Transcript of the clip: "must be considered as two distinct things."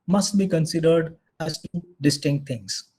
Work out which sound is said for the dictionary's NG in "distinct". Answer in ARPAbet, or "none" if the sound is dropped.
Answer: NG